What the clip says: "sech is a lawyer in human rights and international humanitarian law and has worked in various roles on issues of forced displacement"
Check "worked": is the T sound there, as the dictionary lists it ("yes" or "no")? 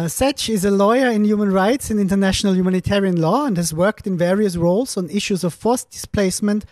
yes